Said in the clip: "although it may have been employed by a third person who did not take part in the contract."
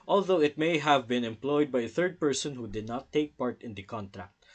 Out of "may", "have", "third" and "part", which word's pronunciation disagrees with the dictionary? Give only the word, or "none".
none